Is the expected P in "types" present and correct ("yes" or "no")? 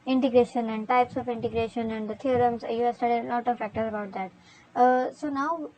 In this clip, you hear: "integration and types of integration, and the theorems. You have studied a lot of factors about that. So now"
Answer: yes